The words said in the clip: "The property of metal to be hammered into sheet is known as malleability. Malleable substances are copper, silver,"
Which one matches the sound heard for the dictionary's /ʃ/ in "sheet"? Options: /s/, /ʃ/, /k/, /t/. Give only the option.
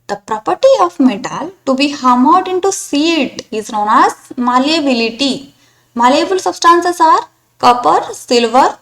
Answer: /s/